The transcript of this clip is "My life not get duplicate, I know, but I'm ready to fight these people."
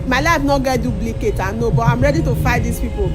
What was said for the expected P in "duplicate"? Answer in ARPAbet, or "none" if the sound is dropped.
B